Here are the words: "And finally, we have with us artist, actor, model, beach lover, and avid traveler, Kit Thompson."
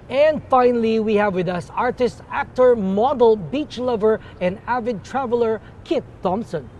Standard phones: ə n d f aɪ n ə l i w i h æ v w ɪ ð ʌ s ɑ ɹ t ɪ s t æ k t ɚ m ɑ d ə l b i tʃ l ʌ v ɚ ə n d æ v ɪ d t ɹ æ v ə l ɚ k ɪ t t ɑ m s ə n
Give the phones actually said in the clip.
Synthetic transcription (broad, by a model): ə n d f aɪ n ə l i w i h æ v w ɪ ð ʌ s ɑ ɹ t ɪ s t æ k t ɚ m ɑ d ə l b i tʃ l ʌ v ɚ ə n d æ v ɪ d t ɹ æ v ə l ɚ k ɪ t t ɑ m s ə n